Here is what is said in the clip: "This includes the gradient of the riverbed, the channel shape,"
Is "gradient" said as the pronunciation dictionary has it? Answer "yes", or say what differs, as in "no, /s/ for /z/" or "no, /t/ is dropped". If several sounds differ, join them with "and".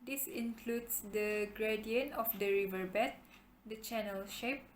no, /t/ is dropped